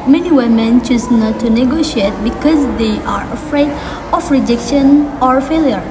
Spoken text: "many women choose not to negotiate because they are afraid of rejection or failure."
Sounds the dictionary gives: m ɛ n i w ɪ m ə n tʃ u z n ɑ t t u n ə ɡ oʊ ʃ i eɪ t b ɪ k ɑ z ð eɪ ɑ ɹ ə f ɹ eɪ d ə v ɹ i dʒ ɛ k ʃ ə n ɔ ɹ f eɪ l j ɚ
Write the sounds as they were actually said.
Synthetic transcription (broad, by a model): m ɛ n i w ɪ m ə n tʃ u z n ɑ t t u n ə ɡ oʊ ʃ i eɪ t b ɪ k ɑ z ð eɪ ɑ ɹ ə f ɹ eɪ d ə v ɹ i dʒ ɛ k ʃ ə n ɔ ɹ f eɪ l j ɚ